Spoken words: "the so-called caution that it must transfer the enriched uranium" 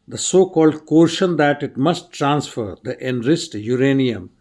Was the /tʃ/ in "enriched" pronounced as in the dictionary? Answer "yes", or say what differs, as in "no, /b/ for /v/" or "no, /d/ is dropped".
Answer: no, /s/ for /tʃ/